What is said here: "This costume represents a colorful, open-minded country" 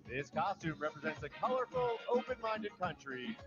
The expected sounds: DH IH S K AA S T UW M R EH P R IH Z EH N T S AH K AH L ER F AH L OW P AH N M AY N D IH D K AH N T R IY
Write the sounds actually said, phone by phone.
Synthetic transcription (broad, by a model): DH IH S K AA S T UW M R EH P R IH Z EH N T S AH K AH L ER F L OW P AH N M AY N D IH D K AH N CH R IY